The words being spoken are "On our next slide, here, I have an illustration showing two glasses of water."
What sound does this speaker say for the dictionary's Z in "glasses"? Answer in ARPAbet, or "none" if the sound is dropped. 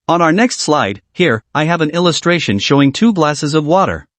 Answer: Z